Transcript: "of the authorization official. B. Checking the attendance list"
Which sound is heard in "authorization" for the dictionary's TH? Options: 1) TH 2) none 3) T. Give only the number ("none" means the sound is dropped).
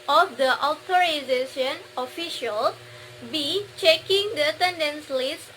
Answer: 3